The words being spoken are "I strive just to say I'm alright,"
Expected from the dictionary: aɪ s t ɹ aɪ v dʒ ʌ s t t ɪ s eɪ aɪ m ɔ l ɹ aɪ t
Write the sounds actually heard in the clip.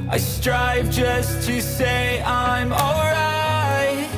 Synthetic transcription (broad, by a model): aɪ s t ɹ aɪ v dʒ ʌ s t t ɪ s eɪ aɪ m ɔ l ɹ aɪ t